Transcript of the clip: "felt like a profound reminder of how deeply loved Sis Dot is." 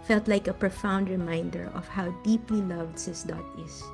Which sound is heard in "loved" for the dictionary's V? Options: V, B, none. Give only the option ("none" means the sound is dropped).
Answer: V